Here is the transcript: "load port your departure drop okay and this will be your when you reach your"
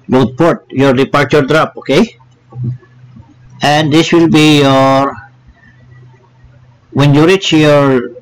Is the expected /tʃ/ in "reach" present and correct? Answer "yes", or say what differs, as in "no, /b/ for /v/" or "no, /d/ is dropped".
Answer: yes